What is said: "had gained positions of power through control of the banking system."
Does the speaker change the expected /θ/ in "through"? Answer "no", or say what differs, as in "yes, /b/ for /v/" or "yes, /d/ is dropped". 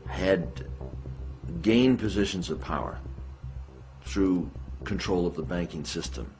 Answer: no